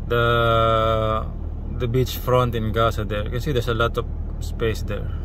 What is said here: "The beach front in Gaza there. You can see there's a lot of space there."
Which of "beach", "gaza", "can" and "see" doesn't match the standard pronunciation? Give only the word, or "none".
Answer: gaza